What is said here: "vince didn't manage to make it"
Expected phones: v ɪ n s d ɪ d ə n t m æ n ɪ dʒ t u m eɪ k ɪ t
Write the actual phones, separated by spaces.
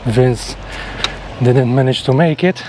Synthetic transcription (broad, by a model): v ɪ n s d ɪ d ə n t m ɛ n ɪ ʃ t u m eɪ k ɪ t